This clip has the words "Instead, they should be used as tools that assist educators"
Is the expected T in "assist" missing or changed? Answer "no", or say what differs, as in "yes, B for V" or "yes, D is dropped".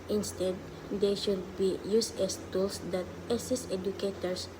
yes, T is dropped